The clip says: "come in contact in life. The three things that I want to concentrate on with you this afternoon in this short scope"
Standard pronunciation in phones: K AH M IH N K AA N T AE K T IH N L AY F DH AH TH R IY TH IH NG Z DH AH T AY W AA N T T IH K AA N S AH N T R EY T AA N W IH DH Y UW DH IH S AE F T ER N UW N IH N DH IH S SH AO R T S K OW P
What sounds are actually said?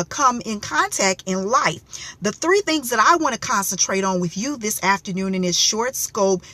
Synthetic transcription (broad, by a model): K AH M IH N K AA N T AE K T IH N L AY F DH AH TH R IY TH IH NG Z DH AH T AY W AA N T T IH K AA N S AH N T R EY T N W IH DH Y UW DH IH S AE F T ER N UW N IH N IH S SH AO R T S K OW P